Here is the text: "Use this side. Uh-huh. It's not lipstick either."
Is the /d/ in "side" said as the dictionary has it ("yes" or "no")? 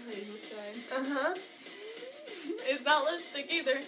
no